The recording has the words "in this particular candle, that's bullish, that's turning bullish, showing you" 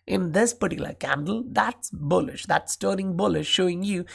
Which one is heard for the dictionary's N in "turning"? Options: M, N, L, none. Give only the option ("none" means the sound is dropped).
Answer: none